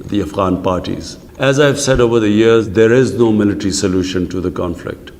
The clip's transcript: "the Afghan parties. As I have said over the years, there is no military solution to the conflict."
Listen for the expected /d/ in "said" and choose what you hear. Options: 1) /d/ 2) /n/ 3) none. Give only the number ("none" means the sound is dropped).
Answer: 1